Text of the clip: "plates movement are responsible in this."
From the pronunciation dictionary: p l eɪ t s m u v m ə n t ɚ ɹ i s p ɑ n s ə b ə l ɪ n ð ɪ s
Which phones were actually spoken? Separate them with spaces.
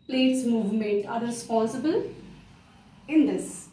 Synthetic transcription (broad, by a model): p l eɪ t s m u v m ə n t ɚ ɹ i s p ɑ s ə b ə l ɪ n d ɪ s